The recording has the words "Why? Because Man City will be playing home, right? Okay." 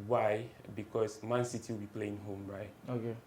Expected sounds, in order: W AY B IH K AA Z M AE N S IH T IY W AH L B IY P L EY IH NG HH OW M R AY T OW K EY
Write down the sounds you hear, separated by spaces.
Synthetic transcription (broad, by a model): W AY B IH K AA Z M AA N S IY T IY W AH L B IY P L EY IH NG HH OW M R AY T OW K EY